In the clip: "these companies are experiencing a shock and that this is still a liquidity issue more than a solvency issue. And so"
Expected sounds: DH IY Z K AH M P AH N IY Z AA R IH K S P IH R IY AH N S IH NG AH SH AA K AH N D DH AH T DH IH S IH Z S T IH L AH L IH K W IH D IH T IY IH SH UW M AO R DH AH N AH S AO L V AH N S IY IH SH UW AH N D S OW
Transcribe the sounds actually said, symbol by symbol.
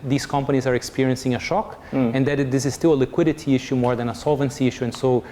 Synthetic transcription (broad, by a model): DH IY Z K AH M P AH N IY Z AA R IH K S P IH R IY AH N S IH NG AH SH AA K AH N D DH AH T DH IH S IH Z S T IH L AH L IH K W IH D IH T IY IH SH UW M AO R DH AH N AH S AO L V AH N S IY IH SH UW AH N S OW